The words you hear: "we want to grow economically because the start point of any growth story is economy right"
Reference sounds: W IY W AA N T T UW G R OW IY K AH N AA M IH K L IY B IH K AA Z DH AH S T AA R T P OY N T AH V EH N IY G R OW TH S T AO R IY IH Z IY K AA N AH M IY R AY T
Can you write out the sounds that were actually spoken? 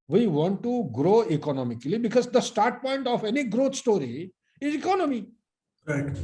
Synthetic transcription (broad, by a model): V IY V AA N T T UW G R OW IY K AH N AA M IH K L IY B IH K AA Z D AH S T AA R T P OY N T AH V EH N IY G R OW T S T AO R IY IH Z IY K AA N AH M IY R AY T